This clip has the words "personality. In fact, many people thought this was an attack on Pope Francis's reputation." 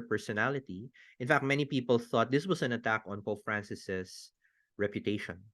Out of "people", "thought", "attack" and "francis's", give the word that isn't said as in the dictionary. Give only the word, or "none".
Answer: francis's